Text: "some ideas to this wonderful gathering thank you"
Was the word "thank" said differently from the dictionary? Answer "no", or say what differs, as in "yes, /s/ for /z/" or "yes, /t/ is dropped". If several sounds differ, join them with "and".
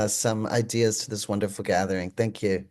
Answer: no